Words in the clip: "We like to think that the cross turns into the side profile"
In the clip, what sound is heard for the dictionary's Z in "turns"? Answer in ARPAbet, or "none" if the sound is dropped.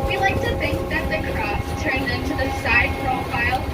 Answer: none